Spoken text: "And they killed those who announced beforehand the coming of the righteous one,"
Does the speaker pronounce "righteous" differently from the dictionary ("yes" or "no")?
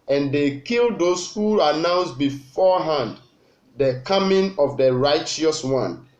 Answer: no